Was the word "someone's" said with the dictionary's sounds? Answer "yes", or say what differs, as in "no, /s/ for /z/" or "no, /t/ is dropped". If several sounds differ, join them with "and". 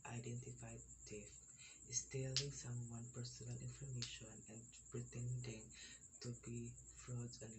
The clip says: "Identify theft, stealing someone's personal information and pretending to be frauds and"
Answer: no, /z/ is dropped